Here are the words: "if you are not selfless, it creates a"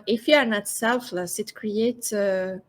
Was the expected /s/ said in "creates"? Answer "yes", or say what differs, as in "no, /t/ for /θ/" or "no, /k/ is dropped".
no, /s/ is dropped